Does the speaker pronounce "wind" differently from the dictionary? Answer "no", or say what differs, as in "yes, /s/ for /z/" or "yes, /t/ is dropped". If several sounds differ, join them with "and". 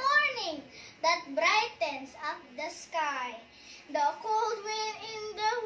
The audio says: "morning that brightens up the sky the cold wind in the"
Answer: yes, /d/ is dropped